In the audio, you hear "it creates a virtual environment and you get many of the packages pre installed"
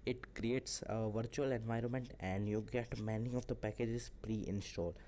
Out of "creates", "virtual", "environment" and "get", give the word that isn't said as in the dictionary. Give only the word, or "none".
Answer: none